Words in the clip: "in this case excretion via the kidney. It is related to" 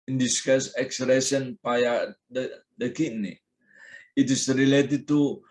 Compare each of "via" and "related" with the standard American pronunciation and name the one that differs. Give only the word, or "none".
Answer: via